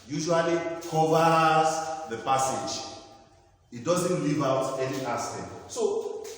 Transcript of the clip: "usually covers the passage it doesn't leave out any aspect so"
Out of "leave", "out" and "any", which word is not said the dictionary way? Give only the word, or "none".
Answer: none